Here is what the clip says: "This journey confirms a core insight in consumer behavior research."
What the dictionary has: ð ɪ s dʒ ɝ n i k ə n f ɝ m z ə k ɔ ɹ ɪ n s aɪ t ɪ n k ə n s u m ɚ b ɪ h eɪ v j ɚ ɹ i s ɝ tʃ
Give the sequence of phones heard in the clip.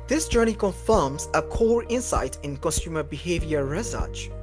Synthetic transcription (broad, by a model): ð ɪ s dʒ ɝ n i k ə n f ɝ m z ə k ɔ ɹ ɪ n s aɪ t ɪ n k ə n s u m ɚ b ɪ h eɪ v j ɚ ɹ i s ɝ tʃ